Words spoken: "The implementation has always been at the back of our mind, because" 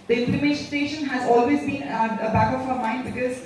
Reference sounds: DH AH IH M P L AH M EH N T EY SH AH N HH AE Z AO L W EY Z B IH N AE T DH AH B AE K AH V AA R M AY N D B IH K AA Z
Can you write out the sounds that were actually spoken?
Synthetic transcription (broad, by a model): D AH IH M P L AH M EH N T EY SH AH N HH AE Z AO L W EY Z B IH N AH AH B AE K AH F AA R M AY N D B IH K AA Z